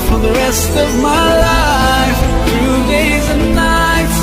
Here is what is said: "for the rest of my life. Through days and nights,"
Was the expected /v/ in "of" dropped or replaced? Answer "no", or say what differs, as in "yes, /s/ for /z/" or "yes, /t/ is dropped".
no